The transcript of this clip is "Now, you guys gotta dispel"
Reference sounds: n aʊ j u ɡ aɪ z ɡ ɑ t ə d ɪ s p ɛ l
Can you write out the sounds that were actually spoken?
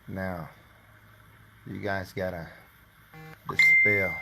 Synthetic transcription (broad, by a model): n aʊ j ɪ ɡ aɪ z ɡ ɑ t ə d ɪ s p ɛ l